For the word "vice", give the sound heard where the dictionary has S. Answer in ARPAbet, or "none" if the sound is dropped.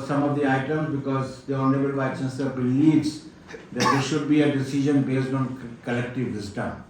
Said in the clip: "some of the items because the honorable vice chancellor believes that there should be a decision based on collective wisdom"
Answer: none